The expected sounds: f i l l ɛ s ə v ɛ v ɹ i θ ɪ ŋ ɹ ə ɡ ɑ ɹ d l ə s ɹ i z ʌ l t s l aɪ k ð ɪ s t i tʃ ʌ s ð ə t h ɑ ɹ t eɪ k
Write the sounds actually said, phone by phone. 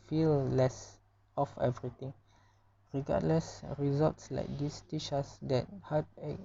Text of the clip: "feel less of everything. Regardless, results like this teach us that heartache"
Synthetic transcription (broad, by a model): f i l l ɛ s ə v ɛ v ɹ i t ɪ ŋ ɹ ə ɡ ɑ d l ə s ɹ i z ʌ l t s l aɪ k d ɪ s t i ʃ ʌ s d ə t h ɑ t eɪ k